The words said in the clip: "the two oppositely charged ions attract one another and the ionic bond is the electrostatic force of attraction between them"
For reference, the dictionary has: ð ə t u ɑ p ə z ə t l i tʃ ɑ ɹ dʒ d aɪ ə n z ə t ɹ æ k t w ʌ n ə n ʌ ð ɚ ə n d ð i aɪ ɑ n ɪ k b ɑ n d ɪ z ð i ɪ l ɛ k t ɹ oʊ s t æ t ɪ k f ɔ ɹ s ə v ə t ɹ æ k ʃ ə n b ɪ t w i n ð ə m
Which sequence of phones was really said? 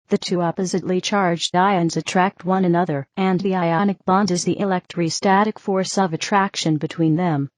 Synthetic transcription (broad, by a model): ð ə t u ɑ p ə z ə t l i tʃ ɑ ɹ dʒ d aɪ ə n z ə t ɹ æ k t w ʌ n ə n ʌ ð ɚ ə n ð i aɪ ɑ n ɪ k b ɑ n d ɪ z ð i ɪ l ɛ k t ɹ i s t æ t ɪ k f ɔ ɹ s ə v ə t ɹ æ k ʃ ə n b ɪ t w i n ð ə m